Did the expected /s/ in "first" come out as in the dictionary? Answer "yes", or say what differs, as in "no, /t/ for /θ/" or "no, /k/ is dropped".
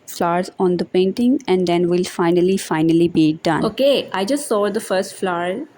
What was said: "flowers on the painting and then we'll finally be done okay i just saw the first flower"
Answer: yes